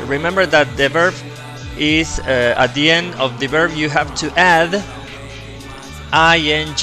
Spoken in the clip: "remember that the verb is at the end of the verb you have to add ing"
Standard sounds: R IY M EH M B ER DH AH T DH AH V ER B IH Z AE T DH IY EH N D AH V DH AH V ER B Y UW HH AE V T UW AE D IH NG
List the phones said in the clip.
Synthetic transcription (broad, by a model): R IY M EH M B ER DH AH T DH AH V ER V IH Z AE T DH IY EH N D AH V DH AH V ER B Y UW HH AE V T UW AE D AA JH